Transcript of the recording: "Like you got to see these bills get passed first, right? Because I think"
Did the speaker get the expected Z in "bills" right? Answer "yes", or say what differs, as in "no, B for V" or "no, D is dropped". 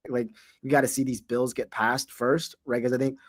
yes